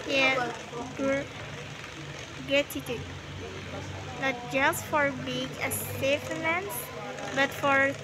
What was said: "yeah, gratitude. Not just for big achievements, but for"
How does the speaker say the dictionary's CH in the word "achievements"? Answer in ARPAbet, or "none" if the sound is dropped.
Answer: S